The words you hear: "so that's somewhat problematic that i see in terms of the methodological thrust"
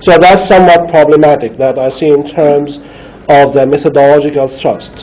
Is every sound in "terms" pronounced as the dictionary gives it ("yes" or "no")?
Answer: yes